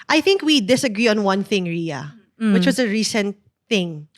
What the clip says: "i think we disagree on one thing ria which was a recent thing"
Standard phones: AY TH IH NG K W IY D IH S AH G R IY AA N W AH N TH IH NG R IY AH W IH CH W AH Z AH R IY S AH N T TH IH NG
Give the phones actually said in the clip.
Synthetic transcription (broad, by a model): AY TH IH NG K W IY D IH S AH G R IY AA N W AH N TH IH NG R IY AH W IH CH W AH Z AH R IY S AH N T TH IH NG